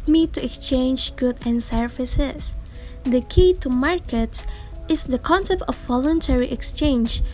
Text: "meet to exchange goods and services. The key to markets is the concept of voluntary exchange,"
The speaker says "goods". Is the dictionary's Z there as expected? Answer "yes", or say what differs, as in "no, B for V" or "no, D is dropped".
no, Z is dropped